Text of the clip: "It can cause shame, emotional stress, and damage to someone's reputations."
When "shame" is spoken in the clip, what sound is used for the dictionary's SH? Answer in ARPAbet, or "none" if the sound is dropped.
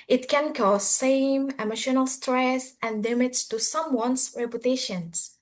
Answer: S